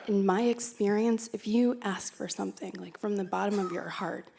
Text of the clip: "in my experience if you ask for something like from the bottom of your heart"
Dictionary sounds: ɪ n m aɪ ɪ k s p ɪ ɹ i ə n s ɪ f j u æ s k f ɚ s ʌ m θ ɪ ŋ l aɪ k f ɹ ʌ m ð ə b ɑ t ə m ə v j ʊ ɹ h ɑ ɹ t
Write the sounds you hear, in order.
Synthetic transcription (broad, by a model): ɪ n m aɪ ɪ k s p ɪ ɹ i ə n s ɪ f j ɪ æ s k f ɚ s ʌ m θ ɪ ŋ l aɪ k f ɹ ʌ m ð ə b ɑ t ə m ə v j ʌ ɹ h ɑ ɹ t